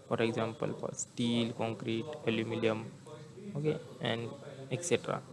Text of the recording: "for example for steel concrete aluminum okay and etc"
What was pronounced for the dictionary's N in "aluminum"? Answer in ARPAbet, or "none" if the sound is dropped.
L